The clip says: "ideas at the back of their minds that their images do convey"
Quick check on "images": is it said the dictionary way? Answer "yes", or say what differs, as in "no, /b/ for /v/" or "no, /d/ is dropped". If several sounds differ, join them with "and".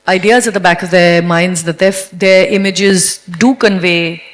yes